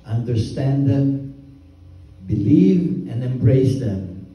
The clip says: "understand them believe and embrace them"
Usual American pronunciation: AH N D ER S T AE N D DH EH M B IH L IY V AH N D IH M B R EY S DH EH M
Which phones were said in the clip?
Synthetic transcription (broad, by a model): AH N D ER S T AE N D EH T B IH L IY V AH N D IH M B R EY S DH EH M